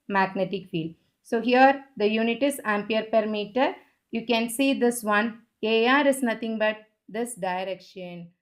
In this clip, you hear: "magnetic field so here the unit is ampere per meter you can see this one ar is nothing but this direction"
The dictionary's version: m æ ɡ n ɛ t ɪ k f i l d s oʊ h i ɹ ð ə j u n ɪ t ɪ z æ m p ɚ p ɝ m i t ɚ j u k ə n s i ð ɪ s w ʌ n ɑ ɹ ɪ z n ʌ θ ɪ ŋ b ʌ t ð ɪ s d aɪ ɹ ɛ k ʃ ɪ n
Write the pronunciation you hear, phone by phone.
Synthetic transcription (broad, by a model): m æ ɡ n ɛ t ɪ k f i l d s oʊ h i ɹ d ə j u n ɪ t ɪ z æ m p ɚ p ɝ m i t ɚ j u k ə n s i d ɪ s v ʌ n ɑ ɹ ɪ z n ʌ t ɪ ŋ b ʌ t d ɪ s d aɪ ɹ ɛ k ʃ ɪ n